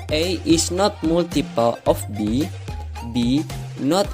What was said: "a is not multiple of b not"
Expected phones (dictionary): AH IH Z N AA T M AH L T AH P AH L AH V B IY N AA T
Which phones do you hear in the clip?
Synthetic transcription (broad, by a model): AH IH S N AA T M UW L T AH P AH L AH B B IY N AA T